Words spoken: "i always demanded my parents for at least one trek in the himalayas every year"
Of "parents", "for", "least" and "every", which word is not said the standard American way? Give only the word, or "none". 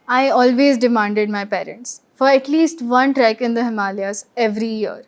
none